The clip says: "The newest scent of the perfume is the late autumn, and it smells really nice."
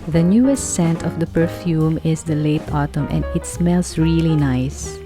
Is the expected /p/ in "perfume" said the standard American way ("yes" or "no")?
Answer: yes